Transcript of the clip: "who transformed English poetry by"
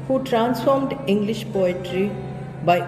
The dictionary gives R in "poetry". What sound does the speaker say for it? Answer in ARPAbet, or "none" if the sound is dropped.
R